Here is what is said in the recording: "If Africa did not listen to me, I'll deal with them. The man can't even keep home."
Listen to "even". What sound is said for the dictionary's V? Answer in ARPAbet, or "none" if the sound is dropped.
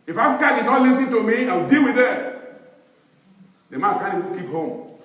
none